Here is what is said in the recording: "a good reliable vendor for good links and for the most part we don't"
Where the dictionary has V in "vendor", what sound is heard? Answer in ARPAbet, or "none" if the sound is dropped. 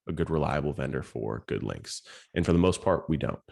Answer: V